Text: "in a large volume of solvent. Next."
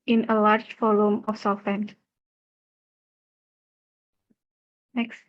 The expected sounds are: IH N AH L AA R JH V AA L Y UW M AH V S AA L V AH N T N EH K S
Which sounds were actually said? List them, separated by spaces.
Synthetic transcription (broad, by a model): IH N AH L AA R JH F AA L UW M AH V S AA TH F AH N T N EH K S